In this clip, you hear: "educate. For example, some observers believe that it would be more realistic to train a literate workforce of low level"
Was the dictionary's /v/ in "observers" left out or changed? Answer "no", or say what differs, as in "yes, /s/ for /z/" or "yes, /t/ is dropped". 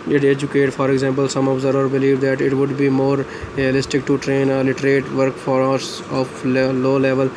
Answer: yes, /v/ is dropped